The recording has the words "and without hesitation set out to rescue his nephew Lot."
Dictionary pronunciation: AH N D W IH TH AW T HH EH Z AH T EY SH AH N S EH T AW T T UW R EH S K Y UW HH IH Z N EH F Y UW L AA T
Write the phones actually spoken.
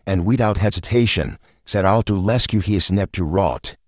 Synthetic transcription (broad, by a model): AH N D W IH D AW T HH EH Z AH T EY SH AH N S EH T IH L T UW L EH S K Y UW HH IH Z N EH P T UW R AA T